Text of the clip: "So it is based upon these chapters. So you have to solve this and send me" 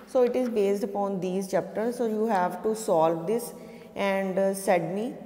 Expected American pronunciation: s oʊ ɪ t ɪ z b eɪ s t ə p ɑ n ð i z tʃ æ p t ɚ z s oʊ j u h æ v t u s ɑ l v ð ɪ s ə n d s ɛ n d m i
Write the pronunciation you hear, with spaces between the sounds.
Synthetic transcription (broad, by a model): s oʊ ɪ t ɪ z b eɪ s t ə p ɑ n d i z tʃ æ p t ɚ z s oʊ j u h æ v t u s ɑ l v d ɪ s ə n d s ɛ d m i